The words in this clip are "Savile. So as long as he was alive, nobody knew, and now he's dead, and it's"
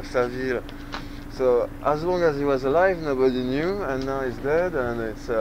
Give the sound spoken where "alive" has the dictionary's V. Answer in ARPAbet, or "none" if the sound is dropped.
V